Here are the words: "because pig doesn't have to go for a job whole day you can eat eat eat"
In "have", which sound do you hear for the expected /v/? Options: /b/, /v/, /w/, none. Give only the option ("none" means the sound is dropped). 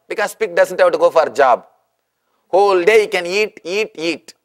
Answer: /b/